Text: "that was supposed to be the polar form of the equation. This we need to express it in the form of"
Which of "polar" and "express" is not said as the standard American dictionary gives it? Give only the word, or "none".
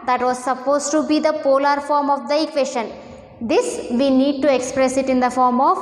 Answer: none